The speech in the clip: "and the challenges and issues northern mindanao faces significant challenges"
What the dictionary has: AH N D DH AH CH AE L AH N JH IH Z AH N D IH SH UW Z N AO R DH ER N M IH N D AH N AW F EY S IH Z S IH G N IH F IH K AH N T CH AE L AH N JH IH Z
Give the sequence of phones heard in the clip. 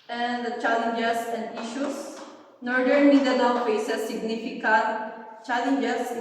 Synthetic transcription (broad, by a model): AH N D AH CH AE L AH N JH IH S AH N D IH SH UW S N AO R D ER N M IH D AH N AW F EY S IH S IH G N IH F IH K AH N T CH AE L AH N JH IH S